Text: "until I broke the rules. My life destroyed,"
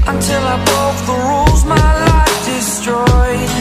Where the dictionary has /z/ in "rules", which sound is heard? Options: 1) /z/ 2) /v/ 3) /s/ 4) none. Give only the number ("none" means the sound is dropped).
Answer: 1